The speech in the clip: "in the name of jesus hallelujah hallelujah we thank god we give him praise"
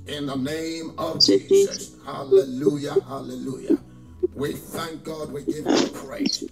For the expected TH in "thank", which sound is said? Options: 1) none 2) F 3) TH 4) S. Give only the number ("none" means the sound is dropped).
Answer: 3